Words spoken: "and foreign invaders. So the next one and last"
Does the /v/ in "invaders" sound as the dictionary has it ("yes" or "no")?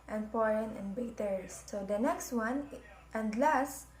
no